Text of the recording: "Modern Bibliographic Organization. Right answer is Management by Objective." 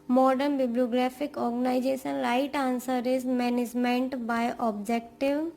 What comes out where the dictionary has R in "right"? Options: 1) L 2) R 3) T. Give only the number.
1